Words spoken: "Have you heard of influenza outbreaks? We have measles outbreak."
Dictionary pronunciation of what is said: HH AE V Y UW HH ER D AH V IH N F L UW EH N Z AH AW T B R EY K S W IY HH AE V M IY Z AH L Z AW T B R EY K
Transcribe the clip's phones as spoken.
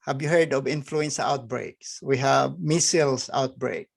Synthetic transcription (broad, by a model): HH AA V Y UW HH ER D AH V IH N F L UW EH N S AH AW T B R EY K S W IY HH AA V M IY S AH L S AW T B R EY K